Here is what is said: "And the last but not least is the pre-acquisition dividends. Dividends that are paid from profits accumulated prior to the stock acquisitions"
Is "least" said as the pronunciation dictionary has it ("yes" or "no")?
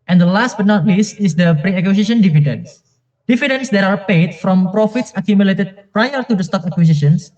yes